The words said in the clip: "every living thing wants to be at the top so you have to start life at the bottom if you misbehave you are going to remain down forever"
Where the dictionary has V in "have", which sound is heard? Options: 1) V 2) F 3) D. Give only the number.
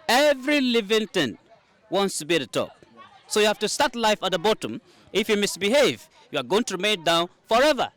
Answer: 2